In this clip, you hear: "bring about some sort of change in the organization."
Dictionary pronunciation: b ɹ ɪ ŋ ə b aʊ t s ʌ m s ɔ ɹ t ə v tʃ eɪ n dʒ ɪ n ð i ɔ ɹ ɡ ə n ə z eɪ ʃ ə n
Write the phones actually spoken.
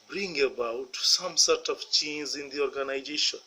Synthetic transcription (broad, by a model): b ɹ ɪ ŋ ə b aʊ t s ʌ m s ɔ ɹ t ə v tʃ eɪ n z ɪ n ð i ɔ ɹ ɡ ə n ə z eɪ ʃ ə n